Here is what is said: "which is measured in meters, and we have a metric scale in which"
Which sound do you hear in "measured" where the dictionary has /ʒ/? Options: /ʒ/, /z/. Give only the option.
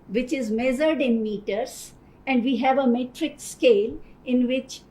/z/